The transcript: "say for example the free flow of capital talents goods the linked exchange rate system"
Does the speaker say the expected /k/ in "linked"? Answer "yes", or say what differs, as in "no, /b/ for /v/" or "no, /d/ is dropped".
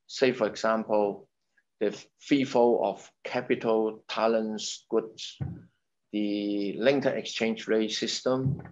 no, /k/ is dropped